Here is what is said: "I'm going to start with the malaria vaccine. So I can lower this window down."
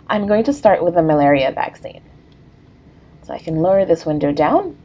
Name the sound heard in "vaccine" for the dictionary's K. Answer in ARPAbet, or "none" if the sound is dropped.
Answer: K